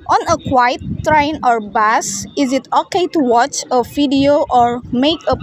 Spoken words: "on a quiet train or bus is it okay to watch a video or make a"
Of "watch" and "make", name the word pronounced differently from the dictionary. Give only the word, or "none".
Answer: none